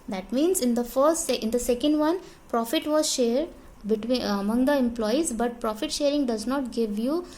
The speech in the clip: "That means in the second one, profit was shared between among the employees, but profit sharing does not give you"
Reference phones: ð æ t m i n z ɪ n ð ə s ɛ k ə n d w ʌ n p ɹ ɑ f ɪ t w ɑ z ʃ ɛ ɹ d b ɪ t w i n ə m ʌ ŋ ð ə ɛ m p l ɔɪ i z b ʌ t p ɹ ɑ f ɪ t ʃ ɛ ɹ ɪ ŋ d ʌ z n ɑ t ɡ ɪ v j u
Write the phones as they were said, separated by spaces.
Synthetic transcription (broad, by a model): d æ t m i n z ɪ n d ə s ɛ k ə n d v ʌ n p ɹ ɑ f ɪ t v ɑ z ʃ ɛ ɹ d b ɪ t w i ə m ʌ ŋ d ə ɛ m p l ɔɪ i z b ʌ t p ɹ ɑ f ɪ t ʃ ɛ ɹ ɪ ŋ d ʌ z n ɑ t ɡ ɪ v j u